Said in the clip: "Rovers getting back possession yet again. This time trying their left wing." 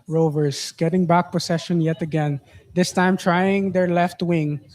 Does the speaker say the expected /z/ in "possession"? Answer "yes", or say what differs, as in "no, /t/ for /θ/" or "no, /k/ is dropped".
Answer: no, /s/ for /z/